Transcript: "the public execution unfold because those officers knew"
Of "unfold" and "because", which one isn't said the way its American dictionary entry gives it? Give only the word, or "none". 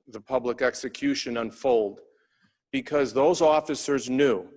none